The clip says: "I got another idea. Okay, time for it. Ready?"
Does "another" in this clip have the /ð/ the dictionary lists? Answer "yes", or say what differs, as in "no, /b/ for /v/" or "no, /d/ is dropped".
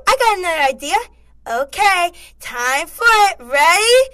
no, /ð/ is dropped